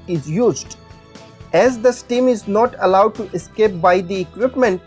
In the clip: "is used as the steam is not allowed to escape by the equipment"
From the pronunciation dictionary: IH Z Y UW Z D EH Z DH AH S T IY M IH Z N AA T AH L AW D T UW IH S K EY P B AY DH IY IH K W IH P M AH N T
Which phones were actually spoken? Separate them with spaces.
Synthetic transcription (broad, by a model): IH Z Y UW Z D EH Z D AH S T IY M IH Z N AA T AH L AW D T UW IH S K EY P B AY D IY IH K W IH P M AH N T